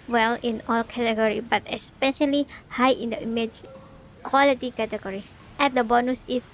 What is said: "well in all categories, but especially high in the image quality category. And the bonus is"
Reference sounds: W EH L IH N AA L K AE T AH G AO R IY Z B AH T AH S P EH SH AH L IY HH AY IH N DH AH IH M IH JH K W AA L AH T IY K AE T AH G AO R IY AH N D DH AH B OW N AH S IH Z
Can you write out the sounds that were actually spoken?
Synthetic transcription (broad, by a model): W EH L IH N AA L K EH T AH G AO R IY B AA T AH S P EH SH AH L IY HH AY IH N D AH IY M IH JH K W AA L AH T IY K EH T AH G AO R IY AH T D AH B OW N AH S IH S